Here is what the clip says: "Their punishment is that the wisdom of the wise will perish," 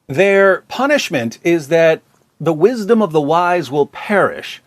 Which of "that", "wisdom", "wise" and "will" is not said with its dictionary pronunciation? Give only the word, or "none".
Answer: none